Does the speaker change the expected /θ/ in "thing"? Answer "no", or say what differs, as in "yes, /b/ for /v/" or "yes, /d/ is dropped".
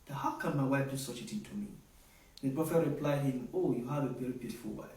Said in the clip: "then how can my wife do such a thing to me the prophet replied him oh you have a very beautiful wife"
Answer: yes, /t/ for /θ/